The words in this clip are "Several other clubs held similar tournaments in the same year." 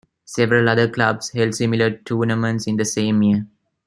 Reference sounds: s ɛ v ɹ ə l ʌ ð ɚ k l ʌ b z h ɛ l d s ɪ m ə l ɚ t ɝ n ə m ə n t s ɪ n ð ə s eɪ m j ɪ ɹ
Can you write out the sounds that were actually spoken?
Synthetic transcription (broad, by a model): s ɛ v ɹ ə l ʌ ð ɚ k l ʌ b s h ɛ l d s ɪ m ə l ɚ t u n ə m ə n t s ɪ n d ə s eɪ m j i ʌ